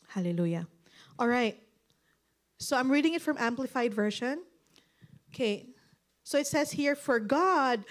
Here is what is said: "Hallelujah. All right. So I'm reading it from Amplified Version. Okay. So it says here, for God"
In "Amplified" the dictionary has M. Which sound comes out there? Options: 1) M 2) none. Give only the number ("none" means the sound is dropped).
1